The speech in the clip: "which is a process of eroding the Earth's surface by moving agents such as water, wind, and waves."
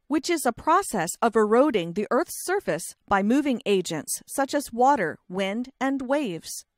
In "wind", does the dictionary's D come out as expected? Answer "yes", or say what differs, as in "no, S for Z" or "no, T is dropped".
yes